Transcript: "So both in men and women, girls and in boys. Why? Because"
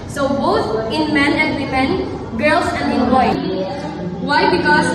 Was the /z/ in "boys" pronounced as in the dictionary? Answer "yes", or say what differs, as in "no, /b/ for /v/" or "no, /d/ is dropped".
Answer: no, /z/ is dropped